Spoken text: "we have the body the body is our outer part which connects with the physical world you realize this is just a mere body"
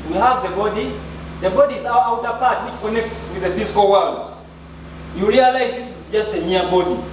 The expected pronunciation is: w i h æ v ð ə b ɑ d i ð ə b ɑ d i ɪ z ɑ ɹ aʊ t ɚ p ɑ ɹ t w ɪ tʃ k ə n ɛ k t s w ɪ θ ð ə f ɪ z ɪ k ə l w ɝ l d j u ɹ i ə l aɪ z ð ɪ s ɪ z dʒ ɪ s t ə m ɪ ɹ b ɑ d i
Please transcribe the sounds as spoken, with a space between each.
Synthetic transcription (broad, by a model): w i h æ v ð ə b ɑ d i ð ə b ɑ d i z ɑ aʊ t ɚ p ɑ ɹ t w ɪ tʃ k ə n ɛ k t s w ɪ ð ə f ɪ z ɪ k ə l w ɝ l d j u ɹ i ə l aɪ z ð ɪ s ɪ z dʒ ɪ s t ə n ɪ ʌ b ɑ d i